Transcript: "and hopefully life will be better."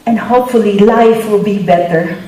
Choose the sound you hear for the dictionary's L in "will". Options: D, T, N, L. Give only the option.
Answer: L